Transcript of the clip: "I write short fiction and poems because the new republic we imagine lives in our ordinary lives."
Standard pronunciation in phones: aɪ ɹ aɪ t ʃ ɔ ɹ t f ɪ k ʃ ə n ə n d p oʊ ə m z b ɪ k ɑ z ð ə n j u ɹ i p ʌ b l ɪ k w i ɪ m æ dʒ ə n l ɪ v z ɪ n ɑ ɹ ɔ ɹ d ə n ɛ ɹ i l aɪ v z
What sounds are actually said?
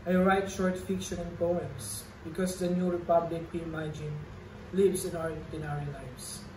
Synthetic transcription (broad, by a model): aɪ ɹ aɪ t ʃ ɔ ɹ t f ɪ k ʃ ə n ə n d p oʊ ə m s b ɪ k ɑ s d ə n j u ɹ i p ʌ b l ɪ k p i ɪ m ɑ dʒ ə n l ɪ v s ɪ n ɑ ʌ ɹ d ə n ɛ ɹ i l aɪ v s